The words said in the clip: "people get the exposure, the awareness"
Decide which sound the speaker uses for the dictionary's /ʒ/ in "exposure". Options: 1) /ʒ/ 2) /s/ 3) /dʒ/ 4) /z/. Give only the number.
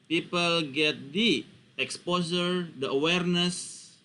2